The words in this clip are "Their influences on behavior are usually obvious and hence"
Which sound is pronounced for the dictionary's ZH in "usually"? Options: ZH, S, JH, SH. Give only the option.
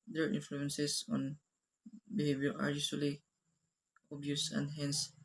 SH